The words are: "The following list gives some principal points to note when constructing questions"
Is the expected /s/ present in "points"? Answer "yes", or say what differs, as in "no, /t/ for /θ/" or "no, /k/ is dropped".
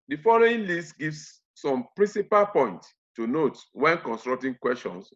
no, /s/ is dropped